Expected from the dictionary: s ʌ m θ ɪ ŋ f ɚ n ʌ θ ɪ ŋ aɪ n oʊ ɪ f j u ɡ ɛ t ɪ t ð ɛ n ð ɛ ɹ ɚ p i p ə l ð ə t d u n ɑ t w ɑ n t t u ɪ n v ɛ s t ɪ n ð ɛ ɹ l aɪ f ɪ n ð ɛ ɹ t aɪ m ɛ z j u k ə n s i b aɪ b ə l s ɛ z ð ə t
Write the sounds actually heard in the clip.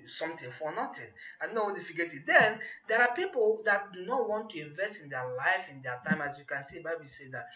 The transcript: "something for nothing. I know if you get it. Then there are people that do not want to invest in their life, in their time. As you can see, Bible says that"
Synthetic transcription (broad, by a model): s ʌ m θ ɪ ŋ f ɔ n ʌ t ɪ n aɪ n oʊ ɪ f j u ɡ ɛ t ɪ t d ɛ n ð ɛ ɹ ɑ p i p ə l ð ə t d u n ɑ t w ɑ n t t u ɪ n v ɛ s t ɪ n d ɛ l aɪ f ɪ n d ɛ t aɪ m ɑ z j u k ə n s i b aɪ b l s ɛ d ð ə t